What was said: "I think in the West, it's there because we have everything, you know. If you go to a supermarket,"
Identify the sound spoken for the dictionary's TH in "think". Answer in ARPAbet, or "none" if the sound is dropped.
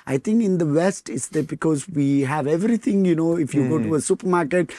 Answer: T